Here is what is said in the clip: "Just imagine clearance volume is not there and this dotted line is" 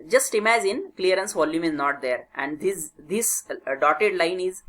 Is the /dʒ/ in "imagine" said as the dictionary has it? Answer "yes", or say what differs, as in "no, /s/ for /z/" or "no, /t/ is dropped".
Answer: no, /z/ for /dʒ/